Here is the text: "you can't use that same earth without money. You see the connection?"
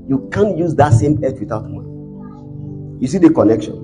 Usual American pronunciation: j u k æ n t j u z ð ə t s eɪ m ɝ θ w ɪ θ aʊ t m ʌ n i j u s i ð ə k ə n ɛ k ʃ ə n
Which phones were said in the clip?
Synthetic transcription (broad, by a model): j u k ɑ n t j u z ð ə t s eɪ m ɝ t w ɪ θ aʊ t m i j u s i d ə k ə n ɛ k ʃ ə n